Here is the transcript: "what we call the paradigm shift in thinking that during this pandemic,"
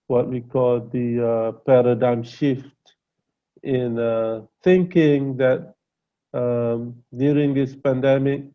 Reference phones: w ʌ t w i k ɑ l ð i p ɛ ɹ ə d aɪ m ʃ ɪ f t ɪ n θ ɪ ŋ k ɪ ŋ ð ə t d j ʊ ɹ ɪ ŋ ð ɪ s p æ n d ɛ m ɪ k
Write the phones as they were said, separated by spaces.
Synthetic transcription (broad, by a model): w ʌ t w i k ɑ l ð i p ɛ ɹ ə d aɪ m ʃ ɪ f t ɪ n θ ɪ ŋ k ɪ ŋ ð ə t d j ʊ ɹ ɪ ŋ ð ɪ s p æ n d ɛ m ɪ k